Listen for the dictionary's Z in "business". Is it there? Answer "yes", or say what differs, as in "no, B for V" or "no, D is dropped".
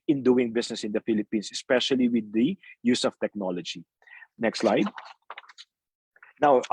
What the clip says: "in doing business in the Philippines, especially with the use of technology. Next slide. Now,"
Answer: no, S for Z